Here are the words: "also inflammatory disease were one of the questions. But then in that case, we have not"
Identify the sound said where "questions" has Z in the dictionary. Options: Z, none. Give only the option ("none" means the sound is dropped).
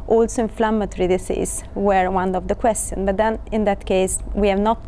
none